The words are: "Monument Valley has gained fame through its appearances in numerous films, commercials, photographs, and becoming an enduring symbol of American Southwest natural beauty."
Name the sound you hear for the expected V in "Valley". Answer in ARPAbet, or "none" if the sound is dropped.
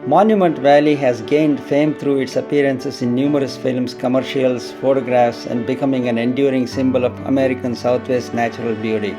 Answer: V